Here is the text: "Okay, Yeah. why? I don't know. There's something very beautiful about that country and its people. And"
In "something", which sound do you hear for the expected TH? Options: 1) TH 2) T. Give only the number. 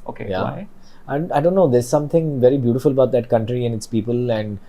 2